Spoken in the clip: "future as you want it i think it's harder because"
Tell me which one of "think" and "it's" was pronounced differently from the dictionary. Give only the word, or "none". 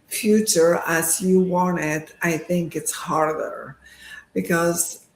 none